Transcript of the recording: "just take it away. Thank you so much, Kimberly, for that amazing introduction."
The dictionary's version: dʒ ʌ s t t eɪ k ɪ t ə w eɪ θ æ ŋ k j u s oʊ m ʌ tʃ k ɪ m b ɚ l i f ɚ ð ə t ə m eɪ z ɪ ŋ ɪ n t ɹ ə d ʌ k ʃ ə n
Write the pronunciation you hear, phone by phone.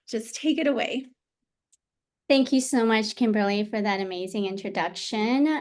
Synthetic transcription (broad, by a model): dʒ ʌ s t t eɪ k ɪ t ə w eɪ θ æ ŋ k j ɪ s oʊ m ʌ tʃ k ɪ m b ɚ l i f ɚ ð ə t ə m eɪ z ɪ ŋ ɪ n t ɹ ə d ʌ k ʃ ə n